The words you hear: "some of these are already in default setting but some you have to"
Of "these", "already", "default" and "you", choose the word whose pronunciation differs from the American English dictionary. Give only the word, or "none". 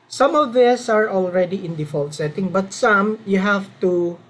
these